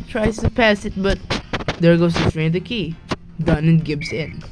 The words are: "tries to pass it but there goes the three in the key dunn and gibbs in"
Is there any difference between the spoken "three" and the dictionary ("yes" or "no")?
yes